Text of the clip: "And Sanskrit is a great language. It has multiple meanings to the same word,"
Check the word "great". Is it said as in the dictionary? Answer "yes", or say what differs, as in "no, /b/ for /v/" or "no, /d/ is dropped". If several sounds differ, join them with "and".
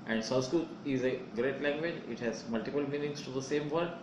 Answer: yes